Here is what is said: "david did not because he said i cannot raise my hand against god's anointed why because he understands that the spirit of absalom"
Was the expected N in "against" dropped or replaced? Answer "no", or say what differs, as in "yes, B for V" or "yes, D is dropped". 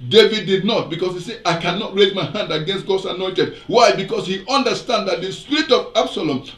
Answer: no